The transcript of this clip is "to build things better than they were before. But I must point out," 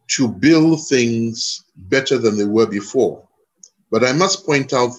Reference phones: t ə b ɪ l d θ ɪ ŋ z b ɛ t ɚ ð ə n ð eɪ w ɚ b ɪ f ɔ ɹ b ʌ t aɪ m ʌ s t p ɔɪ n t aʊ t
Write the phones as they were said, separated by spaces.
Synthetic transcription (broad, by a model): t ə b ɪ l d θ ɪ ŋ z b ɛ t ɚ ð ə n ð eɪ w ɚ b ɪ f ɔ ɹ b ʌ t aɪ m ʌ s p ɔɪ n t aʊ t